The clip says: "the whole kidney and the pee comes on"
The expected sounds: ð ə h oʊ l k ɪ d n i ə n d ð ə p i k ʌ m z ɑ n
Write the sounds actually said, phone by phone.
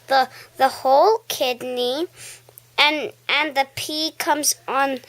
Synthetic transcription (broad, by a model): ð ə h oʊ l k ɪ d n i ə n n ð ə p i k ʌ m z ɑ n